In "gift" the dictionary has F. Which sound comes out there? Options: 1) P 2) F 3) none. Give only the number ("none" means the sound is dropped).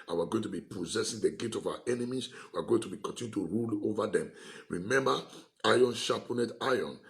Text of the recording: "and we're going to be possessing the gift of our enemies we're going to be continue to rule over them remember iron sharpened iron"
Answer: 3